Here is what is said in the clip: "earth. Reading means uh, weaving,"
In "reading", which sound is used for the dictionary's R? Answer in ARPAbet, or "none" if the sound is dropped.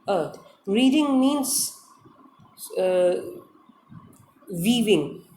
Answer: R